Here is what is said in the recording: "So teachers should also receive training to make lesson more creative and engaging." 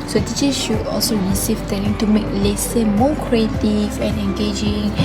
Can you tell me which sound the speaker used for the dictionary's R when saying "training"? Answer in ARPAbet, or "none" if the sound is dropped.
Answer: none